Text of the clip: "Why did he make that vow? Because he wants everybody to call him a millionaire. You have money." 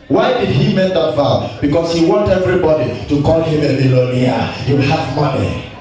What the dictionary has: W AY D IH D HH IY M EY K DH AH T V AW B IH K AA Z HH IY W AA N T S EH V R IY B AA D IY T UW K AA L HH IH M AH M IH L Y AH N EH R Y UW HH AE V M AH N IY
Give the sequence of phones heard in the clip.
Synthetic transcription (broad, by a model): W AY D IH D HH IY M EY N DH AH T F AW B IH K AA S HH IY W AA N T EH V R IY B AA D IY T UW K AA L HH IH M AH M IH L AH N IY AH Y UW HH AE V M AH N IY